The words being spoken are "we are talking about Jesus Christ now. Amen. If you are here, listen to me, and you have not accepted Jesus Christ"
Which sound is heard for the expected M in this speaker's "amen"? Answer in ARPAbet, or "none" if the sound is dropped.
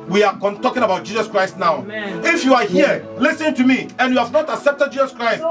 none